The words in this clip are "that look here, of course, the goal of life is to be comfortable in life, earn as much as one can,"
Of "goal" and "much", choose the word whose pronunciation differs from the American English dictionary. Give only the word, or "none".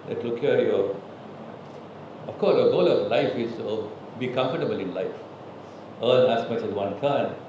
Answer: much